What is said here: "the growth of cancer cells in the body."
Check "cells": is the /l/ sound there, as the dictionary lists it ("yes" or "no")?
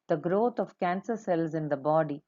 yes